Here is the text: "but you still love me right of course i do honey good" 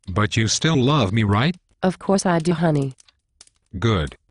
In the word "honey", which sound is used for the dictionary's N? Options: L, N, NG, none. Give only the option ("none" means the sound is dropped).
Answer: N